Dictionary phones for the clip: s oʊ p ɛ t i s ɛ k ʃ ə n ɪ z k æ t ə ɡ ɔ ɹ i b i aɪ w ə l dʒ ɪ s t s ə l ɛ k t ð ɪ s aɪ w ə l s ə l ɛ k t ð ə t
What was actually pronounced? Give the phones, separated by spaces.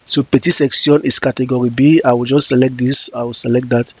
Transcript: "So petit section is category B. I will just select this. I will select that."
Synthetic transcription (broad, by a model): s oʊ p ɛ t i s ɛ k s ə n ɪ s k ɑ t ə ɡ ɔ ɹ i b i aɪ w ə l dʒ ɪ s t s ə l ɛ k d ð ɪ s aɪ w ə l s ə l ɛ k t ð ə t